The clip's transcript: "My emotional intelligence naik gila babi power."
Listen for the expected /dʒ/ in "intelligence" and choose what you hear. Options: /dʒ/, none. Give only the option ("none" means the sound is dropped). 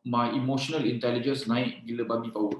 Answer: /dʒ/